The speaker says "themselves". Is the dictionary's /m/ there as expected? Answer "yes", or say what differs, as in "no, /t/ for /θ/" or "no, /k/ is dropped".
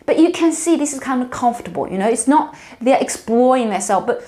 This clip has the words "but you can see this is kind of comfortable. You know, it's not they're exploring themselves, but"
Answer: no, /m/ is dropped